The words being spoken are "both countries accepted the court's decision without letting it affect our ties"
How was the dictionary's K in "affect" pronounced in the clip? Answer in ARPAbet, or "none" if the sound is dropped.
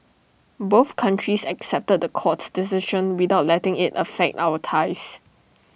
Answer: K